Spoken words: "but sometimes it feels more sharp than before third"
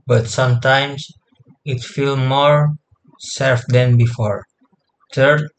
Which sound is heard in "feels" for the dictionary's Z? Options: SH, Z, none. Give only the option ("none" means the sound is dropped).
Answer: none